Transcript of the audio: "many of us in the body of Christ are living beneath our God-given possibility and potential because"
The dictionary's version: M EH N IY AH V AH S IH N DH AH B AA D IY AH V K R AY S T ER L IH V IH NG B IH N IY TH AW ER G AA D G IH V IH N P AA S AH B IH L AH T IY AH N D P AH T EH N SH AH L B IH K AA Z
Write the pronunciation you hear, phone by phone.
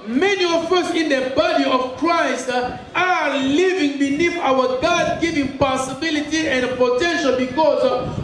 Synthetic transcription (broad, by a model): M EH N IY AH F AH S IH N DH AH B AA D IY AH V K R AY S T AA L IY V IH NG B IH N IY F AW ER G AA D G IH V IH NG P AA S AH B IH L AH T IY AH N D P AH T EH N SH AH L B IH K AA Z